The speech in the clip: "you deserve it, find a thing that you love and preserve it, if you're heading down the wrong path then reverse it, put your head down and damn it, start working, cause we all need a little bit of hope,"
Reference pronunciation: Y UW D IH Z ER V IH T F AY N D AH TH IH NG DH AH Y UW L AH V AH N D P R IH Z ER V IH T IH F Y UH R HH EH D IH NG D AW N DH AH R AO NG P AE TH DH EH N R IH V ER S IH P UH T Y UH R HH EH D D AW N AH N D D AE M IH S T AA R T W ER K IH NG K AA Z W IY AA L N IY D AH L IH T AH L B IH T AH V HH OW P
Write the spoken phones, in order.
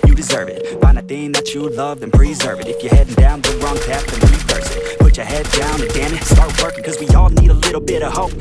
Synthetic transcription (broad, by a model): Y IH D IH Z ER V IH T F AY N D AH TH IH NG DH AH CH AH L AH V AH N P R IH Z ER V IH T IH F Y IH R HH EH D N D AW N DH AH R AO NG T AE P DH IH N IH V ER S IH P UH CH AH R HH EH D D AW N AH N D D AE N IH S T AA R T W ER K IH NG K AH Z W IY AA L N IY D AH L IH T L B IH T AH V HH OW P